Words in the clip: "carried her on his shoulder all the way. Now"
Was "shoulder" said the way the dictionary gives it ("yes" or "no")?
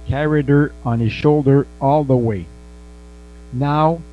yes